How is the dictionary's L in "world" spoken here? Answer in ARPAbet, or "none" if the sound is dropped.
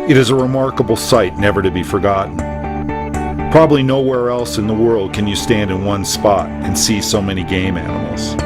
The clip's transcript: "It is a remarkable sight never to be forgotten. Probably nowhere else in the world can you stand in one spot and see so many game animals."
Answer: L